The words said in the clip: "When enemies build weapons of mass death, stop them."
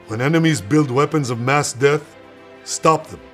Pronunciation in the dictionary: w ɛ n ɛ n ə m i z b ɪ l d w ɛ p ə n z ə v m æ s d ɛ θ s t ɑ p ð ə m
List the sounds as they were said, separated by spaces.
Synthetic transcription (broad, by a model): w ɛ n ɛ n ə m i z b ɪ l d w ɛ p ə n z ə v m æ s d ɛ θ s t ɑ p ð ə